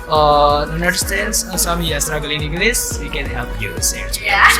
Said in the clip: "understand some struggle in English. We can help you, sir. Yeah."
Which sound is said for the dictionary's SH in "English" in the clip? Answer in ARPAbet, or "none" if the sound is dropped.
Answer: S